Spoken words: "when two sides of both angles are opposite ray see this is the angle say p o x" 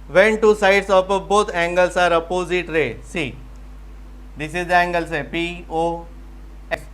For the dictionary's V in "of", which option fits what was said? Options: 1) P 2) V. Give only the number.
1